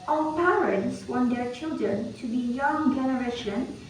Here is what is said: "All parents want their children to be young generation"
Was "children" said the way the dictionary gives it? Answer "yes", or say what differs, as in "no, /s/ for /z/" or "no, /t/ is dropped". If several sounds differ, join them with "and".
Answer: yes